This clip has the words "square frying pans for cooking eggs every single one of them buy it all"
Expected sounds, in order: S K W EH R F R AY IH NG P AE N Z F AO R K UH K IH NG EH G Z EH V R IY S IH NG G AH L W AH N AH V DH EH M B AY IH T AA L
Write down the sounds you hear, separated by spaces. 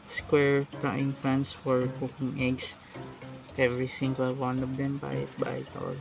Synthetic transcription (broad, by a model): S K W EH R P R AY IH NG F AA N S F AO R K UH K IH NG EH G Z EH V R IY S IH NG G AH L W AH N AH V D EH M B AY IH T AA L